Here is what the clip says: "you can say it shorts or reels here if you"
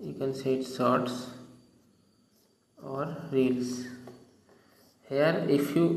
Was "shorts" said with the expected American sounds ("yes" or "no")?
no